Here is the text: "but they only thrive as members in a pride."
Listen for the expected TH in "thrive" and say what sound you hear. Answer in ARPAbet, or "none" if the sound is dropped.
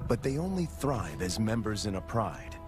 TH